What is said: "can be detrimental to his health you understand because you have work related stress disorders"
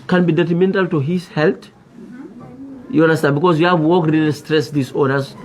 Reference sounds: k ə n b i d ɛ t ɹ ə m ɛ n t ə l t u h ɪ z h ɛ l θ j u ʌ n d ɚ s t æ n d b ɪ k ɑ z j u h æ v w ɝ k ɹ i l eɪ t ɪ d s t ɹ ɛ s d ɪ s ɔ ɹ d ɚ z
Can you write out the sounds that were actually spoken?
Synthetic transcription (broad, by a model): k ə n b i d ɛ t ɹ ə m ɛ n t ə l t u h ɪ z h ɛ l t j u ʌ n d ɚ s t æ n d b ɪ k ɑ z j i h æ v w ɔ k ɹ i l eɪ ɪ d s t ɹ ɛ s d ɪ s ɔ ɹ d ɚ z